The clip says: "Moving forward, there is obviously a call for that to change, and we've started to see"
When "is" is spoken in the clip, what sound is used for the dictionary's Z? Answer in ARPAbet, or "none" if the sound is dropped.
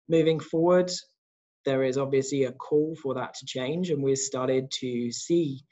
Z